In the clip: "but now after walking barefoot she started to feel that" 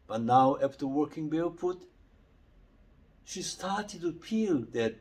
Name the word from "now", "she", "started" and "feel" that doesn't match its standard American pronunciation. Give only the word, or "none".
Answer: feel